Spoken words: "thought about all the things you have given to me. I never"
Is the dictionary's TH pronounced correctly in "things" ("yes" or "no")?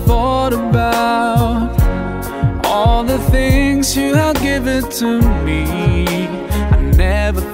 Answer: yes